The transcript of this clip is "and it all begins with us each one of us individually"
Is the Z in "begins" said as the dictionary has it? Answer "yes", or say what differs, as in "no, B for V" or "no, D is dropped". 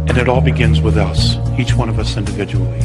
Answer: yes